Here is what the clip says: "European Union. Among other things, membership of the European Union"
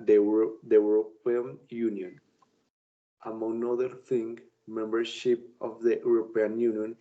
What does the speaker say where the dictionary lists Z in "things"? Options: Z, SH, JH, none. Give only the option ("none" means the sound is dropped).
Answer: none